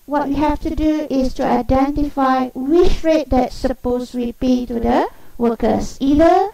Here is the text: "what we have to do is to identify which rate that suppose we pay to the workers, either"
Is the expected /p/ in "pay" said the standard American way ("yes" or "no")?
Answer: yes